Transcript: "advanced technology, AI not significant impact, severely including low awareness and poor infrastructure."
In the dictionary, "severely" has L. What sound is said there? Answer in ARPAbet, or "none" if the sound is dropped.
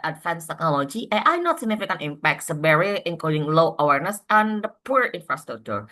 none